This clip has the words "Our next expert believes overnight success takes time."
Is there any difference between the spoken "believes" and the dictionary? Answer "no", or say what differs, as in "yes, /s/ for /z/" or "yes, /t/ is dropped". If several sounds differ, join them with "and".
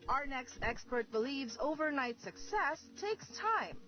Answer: no